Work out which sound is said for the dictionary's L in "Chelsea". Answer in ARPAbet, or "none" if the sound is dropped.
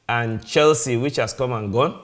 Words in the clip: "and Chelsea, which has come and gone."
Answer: L